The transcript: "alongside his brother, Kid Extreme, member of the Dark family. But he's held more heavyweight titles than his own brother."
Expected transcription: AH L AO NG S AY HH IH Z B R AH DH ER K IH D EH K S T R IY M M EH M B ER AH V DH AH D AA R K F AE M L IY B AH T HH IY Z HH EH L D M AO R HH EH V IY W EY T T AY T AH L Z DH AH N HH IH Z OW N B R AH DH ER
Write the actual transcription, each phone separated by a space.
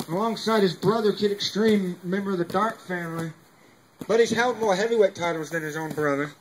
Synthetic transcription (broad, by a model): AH L AO NG S AY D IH Z B R AH DH ER K IH D EH K S T R IY M M EH M B ER AH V DH AH D AA R K F AE M L IY B AH T HH IY Z HH EH L D M AO R HH EH V IY W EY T T AY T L Z DH AH N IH Z OW N B R AH DH ER